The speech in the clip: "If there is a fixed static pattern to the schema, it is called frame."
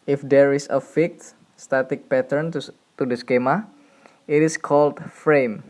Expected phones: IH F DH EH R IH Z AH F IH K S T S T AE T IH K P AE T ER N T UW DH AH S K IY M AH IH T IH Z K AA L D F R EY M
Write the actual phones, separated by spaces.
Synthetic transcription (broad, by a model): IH F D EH R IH S AH F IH K T S T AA T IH K P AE T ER N T UW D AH S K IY M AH IH T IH S K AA L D F R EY M